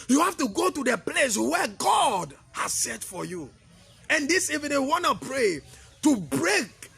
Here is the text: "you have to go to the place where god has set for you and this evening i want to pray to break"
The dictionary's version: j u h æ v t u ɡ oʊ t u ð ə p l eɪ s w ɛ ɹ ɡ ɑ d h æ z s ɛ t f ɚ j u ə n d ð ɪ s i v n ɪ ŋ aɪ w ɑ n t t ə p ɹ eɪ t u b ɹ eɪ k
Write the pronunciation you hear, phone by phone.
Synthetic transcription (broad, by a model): j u h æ f t u ɡ oʊ t u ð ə p l eɪ s w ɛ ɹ ɡ ɑ d h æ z s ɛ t f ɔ j u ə n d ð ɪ s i v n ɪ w w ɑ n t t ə p ɹ eɪ t u b ɹ eɪ k